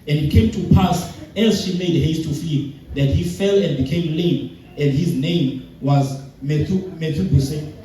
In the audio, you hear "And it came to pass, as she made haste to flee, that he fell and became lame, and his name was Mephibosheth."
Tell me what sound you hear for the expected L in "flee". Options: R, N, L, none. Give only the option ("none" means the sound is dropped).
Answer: none